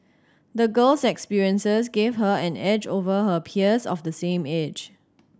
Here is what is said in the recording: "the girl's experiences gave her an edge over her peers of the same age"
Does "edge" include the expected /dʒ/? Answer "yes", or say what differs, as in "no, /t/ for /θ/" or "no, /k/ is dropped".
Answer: yes